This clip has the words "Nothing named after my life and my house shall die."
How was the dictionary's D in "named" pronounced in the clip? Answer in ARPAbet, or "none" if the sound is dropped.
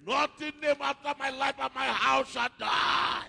none